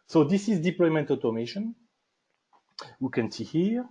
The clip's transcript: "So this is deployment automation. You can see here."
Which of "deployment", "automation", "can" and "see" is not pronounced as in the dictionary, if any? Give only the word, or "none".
none